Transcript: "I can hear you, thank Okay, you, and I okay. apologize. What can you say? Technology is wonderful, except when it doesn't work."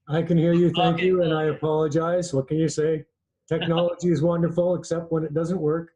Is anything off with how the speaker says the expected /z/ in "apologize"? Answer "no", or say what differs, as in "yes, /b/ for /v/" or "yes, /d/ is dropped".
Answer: no